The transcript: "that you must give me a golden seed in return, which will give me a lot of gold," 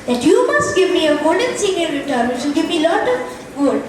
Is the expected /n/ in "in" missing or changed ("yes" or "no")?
yes